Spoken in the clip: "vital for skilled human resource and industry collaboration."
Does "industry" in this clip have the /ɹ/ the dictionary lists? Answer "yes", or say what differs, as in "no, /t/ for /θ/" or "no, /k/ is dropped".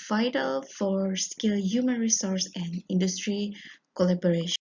yes